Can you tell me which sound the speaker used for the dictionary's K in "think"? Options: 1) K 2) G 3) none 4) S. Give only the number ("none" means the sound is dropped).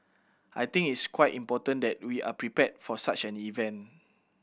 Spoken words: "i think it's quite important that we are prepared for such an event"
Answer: 3